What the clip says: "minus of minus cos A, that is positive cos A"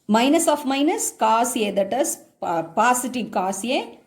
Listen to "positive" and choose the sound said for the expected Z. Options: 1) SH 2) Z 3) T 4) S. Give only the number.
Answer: 4